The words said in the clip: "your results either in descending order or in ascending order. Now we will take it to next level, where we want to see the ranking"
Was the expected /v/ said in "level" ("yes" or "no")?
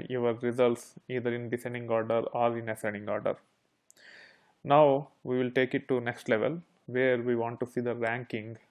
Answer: yes